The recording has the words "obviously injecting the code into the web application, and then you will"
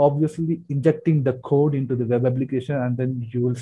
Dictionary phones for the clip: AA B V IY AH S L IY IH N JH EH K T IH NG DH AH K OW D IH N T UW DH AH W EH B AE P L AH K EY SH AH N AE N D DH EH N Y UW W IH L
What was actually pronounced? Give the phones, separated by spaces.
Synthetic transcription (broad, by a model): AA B V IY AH S L IY IH N JH EH K T IH NG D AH K OW D IH N T UW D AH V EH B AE B L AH K EY SH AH N AE N D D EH N Y UW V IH L